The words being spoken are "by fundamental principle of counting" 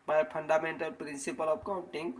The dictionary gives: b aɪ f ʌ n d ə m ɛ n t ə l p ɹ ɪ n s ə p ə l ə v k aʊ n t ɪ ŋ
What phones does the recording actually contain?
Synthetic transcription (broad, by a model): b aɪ p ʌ n d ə m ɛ n t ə l p ɹ ɪ n s ə p ə l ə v k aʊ n t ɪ ŋ